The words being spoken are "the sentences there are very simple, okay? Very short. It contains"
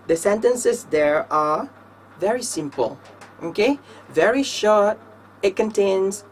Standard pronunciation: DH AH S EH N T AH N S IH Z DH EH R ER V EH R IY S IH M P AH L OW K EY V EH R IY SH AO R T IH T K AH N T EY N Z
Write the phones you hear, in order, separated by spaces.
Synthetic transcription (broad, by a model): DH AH S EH N T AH N S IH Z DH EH R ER V EH R IY S IH M P AH L OW K EY V EH R IY SH AO R T IH T K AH N T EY N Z